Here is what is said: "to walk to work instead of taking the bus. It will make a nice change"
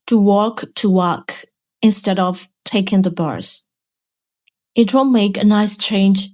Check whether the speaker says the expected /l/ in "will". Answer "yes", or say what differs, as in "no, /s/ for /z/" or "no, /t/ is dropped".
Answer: no, /n/ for /l/